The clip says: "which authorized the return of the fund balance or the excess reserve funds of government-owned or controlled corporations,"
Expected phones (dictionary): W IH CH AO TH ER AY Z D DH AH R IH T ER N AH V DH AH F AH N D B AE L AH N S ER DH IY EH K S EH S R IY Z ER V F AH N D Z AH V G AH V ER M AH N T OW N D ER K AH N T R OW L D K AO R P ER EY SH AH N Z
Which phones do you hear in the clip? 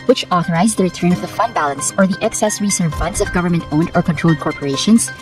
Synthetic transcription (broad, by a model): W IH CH AO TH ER AY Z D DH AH R IH T ER N AH V DH AH F AH N D B AE L AH N S ER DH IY EH K S EH S R IY S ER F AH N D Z AH V G AH V ER M AH N T OW N D ER K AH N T R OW L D K AO R P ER EY SH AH N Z